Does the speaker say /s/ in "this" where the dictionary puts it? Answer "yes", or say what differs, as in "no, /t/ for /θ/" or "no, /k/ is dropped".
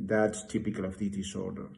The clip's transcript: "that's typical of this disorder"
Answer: no, /s/ is dropped